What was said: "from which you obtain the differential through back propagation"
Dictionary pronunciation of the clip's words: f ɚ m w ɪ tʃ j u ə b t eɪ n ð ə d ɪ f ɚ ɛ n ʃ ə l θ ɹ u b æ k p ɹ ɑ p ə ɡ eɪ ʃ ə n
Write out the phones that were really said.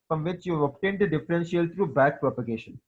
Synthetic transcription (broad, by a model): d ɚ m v ɪ tʃ j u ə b t eɪ n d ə d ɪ f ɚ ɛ n s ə l t ɹ u b æ k p ɹ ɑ p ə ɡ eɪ ʃ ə n